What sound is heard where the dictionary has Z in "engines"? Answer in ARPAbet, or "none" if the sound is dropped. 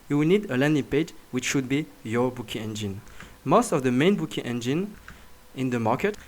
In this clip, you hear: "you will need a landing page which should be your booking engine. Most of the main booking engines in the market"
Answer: none